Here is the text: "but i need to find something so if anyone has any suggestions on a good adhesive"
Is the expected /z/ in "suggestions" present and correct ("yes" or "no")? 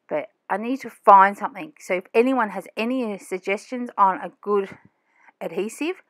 yes